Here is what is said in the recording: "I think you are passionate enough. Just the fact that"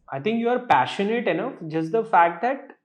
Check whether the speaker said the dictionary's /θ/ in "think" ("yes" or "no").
no